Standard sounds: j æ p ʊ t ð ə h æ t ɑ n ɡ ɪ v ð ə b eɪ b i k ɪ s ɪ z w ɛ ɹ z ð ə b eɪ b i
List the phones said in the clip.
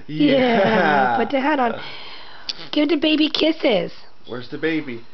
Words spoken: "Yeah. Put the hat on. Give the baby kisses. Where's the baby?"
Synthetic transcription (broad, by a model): j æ b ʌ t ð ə h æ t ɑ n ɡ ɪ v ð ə b eɪ b i k ɪ s ɪ z w ɛ ɹ z ð ə b eɪ b i